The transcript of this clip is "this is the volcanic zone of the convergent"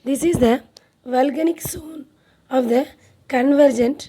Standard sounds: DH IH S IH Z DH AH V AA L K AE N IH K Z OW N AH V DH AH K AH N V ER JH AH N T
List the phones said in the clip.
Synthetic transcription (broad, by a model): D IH S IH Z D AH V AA L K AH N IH K S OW N AH V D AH K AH N V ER JH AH N T